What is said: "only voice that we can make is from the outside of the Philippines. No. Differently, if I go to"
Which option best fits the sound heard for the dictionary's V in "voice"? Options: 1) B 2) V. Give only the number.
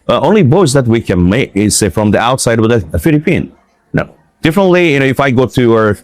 1